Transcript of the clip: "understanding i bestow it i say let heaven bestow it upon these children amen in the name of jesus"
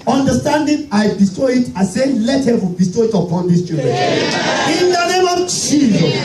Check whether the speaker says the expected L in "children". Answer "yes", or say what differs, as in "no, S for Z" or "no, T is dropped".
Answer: no, L is dropped